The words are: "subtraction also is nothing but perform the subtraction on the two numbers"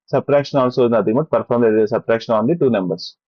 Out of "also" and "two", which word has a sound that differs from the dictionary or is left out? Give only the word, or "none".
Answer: also